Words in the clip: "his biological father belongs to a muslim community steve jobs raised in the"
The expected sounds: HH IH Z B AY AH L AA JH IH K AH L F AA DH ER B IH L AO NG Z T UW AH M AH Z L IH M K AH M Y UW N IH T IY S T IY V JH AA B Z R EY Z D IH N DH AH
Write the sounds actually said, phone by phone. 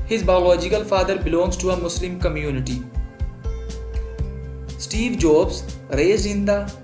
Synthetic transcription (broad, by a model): HH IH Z B AY AH L AA JH IH K AH L F AA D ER B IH L AO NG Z T UW AH M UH S L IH M K AH M Y UW N IH T IY S T IY V JH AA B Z R EY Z IH N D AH